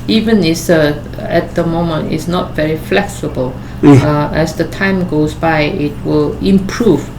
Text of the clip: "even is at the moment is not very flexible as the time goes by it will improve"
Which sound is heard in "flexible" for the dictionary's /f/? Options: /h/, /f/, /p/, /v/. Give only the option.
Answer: /f/